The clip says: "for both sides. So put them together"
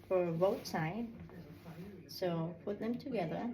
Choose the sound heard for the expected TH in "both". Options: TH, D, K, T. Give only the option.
T